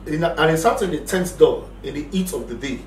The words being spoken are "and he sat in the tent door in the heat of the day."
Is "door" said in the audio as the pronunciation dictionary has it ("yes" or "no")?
no